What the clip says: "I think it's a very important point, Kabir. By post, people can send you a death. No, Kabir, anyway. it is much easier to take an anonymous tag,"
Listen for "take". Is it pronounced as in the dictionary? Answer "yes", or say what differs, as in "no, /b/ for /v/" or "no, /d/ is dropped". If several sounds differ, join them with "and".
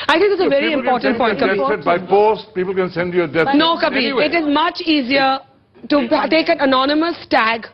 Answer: yes